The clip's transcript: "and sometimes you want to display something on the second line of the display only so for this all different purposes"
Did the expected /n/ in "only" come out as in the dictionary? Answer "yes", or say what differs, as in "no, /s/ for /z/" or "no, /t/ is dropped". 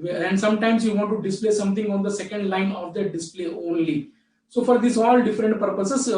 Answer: yes